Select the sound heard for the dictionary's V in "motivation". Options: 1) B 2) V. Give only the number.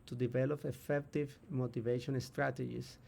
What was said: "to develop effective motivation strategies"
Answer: 2